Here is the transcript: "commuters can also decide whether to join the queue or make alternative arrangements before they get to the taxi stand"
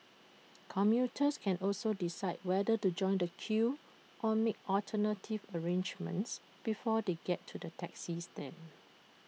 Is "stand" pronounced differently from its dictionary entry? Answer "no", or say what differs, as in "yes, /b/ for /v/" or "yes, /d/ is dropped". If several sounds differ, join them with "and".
yes, /d/ is dropped